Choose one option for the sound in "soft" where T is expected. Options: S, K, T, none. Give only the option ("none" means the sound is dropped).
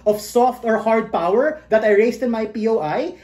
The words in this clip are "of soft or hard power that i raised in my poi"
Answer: T